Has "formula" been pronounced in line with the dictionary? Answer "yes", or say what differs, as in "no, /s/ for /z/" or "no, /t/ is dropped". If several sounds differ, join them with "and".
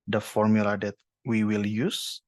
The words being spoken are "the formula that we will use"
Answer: yes